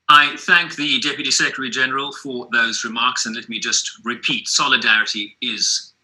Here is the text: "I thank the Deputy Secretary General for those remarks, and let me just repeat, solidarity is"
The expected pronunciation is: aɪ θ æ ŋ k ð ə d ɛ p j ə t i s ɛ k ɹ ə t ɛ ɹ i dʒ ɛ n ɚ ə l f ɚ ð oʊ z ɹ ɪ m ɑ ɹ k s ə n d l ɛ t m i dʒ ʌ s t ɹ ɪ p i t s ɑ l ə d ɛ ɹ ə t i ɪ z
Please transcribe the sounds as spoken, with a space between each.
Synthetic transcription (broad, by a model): aɪ θ æ ŋ k ð ə d ɛ p j ə t i s ɛ k ɹ ə t ɛ ɹ i dʒ ɛ n ɚ ə l f ɚ ð oʊ z ɹ ɪ m ɑ ɹ k s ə n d l ɛ t m i dʒ ʌ s t ɹ ɪ p i t s ɑ l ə d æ ɹ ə t i ɪ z